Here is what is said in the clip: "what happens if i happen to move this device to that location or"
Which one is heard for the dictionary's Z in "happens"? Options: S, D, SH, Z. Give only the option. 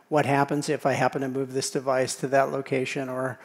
Z